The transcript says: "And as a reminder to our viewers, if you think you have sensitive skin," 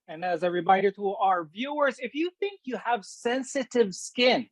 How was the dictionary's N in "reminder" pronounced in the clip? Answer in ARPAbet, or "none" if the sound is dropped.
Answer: none